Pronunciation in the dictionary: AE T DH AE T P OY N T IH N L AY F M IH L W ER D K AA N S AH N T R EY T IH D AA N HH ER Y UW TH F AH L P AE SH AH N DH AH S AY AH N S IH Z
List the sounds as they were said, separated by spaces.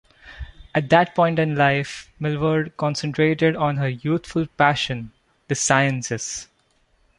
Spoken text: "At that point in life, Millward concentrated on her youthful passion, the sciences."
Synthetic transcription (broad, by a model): AE T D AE T P OY N T IH N L AY F M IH L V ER D K AA N S AH N T R EY T IH D AA N HH ER Y UW T F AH L P AE SH AH N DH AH S AY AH N S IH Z